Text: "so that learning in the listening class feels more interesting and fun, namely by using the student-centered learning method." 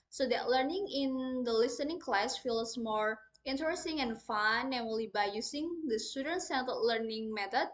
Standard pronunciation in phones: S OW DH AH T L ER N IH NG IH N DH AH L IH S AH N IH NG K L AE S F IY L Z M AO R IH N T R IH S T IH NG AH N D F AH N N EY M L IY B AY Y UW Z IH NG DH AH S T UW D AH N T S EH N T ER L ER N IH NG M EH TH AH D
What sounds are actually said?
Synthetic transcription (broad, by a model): S OW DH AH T L ER N IH NG IH N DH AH L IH S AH N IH NG K L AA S F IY L S M AO R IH N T R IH S T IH NG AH N F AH N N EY L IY B AY Y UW S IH NG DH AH S T UW D AH N T S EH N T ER L ER N IH NG M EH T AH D